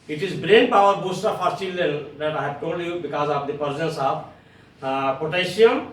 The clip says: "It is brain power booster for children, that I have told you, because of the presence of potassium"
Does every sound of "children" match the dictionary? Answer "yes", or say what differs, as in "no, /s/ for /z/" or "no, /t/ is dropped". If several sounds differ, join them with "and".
no, /ɹ/ is dropped